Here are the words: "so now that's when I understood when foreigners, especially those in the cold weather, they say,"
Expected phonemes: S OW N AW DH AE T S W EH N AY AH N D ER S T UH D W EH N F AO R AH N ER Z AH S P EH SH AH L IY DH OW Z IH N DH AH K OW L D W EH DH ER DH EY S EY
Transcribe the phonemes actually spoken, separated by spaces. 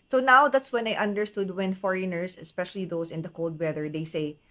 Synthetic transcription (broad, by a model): S OW N AW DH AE T S W EH N AY AH N D ER S T UH D W EH N F AO R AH N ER S AH S P EH SH AH L IY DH OW S IH N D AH K OW L D W EH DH ER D EY S EY